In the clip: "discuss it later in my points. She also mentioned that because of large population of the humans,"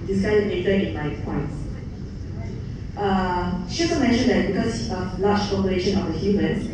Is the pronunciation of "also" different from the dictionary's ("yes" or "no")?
yes